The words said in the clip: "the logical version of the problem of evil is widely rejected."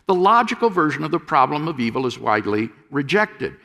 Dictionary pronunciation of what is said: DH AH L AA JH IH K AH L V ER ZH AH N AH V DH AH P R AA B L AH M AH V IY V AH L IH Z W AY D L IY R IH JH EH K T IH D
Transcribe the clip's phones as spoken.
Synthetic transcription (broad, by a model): DH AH L AA JH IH K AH L V ER ZH AH N AH V DH AH P R AA B L AH M AH V IY V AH L IH Z W AY D L IY R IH JH EH K T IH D